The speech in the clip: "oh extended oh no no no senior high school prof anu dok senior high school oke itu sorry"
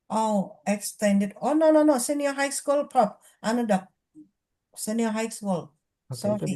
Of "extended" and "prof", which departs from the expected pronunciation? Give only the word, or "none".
prof